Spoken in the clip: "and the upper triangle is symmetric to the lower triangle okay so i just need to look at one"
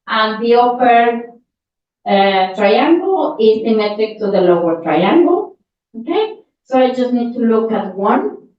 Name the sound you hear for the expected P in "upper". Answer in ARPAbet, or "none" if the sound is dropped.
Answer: F